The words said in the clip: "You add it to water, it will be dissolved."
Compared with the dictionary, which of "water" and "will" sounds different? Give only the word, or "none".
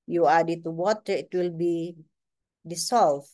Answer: none